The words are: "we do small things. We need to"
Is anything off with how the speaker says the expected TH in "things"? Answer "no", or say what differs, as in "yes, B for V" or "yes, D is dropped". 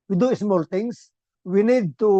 yes, T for TH